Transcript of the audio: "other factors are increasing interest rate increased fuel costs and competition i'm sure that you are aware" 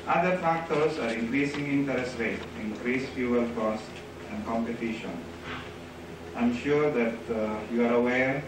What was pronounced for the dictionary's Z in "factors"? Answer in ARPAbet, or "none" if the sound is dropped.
S